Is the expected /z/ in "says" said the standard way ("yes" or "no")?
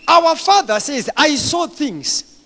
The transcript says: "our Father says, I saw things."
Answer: yes